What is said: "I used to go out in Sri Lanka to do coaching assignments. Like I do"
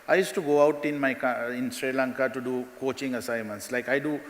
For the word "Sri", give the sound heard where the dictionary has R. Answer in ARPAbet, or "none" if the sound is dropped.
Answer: R